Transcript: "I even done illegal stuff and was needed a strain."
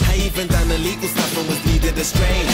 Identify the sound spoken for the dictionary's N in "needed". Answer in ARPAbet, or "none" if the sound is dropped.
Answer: L